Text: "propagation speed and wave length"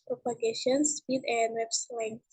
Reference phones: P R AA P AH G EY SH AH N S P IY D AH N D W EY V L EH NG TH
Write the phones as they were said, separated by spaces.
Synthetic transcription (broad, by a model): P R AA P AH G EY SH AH N S P IY D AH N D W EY P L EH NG